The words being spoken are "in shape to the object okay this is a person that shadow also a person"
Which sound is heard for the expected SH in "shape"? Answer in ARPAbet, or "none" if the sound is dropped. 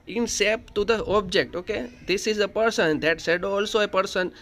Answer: S